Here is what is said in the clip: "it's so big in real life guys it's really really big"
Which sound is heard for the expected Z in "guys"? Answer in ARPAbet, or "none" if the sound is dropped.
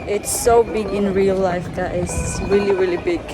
none